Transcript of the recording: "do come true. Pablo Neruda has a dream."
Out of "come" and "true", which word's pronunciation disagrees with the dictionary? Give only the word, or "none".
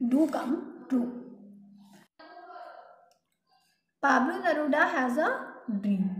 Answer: true